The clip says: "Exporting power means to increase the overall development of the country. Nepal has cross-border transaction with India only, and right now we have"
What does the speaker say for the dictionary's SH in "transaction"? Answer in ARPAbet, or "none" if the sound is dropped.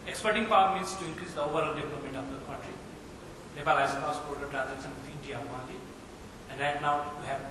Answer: S